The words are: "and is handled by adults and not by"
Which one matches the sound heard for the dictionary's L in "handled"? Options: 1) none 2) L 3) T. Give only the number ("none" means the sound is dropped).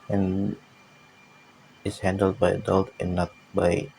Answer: 2